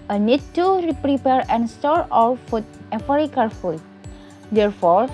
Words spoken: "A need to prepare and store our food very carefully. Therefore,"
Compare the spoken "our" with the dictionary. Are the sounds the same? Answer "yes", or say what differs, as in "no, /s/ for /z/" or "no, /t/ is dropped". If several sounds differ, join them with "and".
no, /l/ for /ɹ/